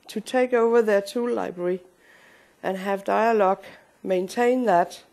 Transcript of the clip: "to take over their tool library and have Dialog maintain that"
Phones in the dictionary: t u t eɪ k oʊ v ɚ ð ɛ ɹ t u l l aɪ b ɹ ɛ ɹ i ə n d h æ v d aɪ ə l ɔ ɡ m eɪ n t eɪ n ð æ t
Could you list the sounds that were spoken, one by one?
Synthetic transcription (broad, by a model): t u t eɪ k oʊ v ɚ ð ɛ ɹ t u l l aɪ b ɹ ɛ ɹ i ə n h æ v d aɪ ə l ɔ ɡ m eɪ n t eɪ n ð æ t